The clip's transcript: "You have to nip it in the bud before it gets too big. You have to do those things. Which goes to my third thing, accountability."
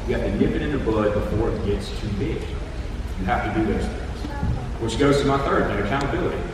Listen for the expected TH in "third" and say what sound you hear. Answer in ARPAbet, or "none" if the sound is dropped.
TH